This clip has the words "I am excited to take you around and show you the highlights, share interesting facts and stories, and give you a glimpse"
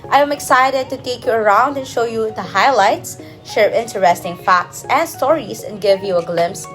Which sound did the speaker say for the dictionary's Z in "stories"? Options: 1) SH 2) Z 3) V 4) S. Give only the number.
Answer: 4